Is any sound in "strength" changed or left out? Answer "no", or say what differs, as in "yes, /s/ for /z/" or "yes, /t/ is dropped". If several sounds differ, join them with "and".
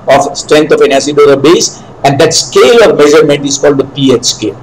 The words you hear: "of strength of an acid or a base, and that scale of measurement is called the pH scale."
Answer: yes, /t/ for /θ/